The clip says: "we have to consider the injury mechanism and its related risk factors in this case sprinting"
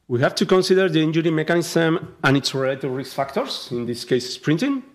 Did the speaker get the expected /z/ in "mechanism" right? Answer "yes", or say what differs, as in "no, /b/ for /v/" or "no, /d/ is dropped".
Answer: no, /s/ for /z/